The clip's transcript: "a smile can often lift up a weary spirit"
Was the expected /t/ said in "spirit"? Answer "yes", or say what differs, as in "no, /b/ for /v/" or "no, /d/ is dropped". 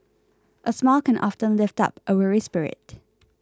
yes